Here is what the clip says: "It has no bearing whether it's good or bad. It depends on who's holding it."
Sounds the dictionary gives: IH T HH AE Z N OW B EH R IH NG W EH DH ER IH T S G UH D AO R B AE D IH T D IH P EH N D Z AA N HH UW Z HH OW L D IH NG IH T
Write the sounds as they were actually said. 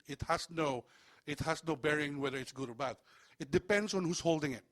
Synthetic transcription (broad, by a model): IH T HH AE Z N OW B EH R IH NG W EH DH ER IH T S G UH D AO R B AE D IH T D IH P EH N D S AA N HH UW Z HH OW L D IH NG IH T